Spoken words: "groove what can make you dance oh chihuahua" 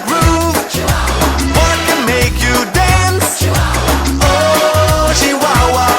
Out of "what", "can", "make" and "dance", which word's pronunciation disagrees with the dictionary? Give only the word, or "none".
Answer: none